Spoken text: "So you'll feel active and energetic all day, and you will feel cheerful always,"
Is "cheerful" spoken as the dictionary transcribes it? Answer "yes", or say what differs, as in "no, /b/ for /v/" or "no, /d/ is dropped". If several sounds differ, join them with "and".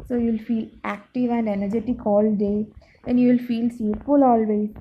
no, /s/ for /tʃ/